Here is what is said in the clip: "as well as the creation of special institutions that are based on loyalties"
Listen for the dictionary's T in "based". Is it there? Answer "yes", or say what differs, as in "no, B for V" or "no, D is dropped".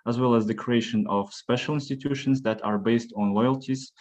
yes